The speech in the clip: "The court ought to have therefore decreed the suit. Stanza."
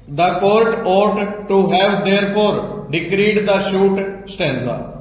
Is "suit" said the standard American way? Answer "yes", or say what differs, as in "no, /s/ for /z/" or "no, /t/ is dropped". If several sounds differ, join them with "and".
no, /ʃ/ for /s/